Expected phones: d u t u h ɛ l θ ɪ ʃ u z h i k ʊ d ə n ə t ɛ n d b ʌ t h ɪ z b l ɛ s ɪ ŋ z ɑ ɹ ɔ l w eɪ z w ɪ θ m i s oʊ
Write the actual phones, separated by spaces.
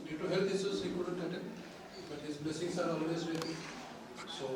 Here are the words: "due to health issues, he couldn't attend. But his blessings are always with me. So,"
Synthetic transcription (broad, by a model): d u t u h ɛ l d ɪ s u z h i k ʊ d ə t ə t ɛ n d b ʌ t h ɪ z b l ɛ s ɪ ŋ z ɑ ɹ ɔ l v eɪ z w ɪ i s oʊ